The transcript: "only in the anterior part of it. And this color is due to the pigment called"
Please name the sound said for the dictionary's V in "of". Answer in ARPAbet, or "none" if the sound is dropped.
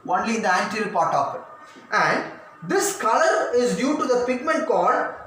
P